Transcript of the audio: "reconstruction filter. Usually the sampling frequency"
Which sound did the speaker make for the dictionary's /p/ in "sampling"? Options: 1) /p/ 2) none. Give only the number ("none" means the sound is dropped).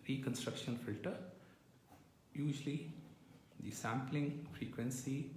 1